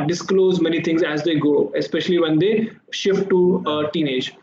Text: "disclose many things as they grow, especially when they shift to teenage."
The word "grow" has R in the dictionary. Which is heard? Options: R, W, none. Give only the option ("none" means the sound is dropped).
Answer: none